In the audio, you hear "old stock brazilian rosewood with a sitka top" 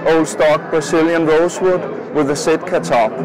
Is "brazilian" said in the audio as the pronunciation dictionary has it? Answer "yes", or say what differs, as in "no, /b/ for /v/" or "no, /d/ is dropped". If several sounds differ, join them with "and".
no, /s/ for /z/